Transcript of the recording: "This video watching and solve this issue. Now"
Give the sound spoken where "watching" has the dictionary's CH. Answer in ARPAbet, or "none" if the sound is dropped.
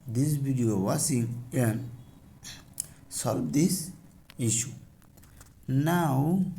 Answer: S